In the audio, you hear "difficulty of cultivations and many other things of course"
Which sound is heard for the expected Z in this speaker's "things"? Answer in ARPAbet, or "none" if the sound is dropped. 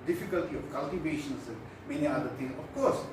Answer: none